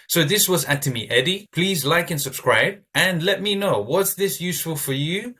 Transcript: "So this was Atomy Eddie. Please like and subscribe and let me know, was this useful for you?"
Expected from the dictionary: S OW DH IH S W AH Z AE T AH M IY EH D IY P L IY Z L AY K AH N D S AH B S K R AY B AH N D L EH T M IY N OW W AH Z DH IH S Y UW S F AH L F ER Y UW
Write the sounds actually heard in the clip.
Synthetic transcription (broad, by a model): S OW DH IH S W AH Z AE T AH M IY EH D IY P L IY Z L AY K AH N S AH B S K R AY B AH N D L EH T M IY N OW W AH S DH IH S Y UW S F AH L F ER Y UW